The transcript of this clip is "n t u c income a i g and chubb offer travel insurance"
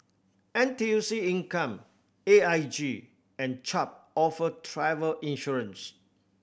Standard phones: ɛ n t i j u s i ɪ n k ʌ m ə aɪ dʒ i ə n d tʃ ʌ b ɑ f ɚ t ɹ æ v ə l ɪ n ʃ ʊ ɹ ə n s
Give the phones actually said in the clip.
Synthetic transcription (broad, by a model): ɛ n t i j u s i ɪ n k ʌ m ə aɪ dʒ i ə n tʃ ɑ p ɑ f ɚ t ɹ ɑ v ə l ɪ n ʃ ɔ ɹ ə n s